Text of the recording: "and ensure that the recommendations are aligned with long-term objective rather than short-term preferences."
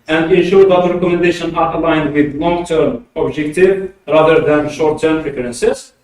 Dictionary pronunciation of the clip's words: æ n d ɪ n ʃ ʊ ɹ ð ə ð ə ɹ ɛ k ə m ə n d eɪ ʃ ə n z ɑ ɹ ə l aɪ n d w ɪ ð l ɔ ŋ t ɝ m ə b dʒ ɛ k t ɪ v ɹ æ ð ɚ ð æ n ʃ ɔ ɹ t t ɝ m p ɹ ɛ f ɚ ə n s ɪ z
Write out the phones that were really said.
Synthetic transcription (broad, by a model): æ n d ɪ n ʃ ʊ ɹ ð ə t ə ɹ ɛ k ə m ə n d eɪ ʃ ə n ɑ ɹ ə l aɪ n d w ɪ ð l ɔ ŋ t ɝ m ə b dʒ ɛ k t ɪ v ɹ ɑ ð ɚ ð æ n ʃ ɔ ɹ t t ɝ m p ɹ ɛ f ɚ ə n s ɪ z